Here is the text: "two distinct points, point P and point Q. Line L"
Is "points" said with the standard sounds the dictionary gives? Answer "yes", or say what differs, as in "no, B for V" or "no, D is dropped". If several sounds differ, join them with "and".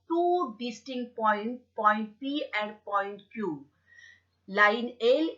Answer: no, S is dropped